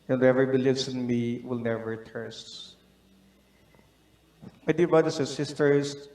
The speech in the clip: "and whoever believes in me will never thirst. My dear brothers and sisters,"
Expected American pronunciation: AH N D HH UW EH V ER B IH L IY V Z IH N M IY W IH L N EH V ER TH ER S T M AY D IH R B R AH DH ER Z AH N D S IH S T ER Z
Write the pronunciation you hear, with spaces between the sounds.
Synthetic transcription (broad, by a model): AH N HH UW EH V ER B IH L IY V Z IH N M IY W IH L N EH V ER T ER S T M AY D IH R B R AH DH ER S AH N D S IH S T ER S